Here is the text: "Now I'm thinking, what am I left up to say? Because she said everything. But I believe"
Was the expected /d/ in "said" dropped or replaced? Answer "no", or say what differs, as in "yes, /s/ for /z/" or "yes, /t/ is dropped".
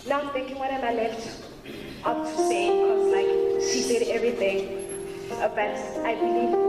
no